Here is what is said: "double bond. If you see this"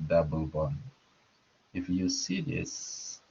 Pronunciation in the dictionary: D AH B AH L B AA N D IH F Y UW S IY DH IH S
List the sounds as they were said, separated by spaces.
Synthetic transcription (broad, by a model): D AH B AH L B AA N IH F Y UW S IY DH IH S